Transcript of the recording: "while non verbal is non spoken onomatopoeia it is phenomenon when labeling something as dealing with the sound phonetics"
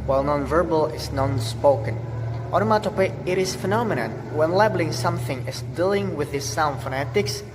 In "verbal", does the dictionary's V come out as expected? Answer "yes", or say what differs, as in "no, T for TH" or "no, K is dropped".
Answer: yes